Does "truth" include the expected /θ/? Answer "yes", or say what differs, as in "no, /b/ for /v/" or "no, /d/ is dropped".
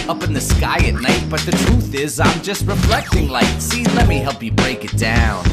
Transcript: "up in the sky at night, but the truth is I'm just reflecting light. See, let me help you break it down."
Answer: yes